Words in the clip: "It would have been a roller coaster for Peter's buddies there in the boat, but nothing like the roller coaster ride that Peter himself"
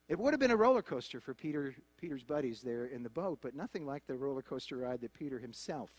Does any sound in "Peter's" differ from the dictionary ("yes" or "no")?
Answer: no